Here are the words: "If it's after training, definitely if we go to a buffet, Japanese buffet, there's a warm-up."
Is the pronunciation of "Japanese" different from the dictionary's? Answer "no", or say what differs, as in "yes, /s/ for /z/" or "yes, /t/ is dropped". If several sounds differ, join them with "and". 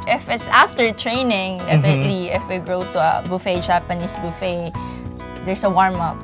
yes, /s/ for /z/